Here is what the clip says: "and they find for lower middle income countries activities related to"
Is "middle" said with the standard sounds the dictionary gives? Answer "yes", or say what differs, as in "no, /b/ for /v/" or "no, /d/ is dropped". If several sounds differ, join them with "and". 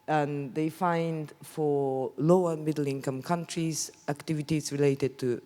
yes